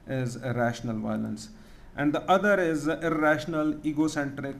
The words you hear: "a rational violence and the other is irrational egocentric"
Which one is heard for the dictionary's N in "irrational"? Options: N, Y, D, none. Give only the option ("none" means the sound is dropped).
N